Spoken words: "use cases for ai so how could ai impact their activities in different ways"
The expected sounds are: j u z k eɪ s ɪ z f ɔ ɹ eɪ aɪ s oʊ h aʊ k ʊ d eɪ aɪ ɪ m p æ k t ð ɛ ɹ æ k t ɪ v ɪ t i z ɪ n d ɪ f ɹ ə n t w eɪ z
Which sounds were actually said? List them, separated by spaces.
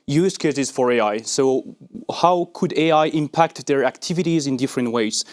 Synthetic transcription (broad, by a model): j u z k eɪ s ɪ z f ɔ ɹ eɪ aɪ s oʊ h aʊ k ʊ d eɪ aɪ ɪ m p æ k t ð ɛ ɹ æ k t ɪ v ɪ t i z ɪ n d ɪ f ɹ ə n t w eɪ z